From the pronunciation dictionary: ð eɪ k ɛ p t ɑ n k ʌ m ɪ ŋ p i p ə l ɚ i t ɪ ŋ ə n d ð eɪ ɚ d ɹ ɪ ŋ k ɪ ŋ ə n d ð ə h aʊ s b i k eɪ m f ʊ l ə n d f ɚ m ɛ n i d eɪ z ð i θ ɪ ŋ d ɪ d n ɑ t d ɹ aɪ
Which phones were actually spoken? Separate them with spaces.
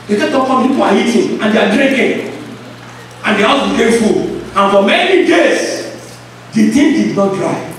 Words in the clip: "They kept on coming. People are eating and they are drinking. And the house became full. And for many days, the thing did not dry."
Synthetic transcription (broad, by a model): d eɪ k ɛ t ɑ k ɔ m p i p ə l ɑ i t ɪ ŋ ə n d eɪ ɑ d ɹ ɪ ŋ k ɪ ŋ ə n d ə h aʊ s b i k eɪ m f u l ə n f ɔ m ɛ n i d eɪ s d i t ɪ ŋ d ɪ d n ɑ t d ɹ aɪ